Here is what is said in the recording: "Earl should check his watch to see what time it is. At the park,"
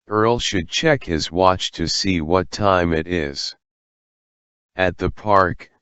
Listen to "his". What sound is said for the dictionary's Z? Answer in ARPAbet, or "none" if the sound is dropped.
Z